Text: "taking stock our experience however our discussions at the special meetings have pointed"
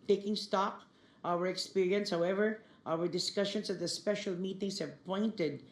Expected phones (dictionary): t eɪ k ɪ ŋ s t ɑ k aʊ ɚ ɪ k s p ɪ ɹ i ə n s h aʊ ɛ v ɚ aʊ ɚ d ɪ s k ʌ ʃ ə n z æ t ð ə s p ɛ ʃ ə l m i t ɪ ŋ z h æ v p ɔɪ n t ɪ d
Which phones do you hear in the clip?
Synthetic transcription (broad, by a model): t eɪ k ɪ ŋ s t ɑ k aʊ ɚ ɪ k s p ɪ ɹ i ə n s h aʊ ɛ v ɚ aʊ ɚ d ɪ s k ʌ ʃ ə n s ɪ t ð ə s p ɛ ʃ ə l m i t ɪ ŋ s h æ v p ɔɪ n t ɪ d